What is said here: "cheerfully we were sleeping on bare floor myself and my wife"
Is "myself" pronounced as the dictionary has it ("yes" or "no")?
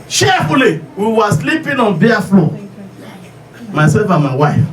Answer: no